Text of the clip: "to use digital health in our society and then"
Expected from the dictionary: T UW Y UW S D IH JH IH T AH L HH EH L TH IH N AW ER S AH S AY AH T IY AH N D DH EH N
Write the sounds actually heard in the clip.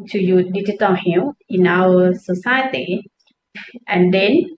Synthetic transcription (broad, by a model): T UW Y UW D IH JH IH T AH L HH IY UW IH N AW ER S AH S AY AH T IY AH N D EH N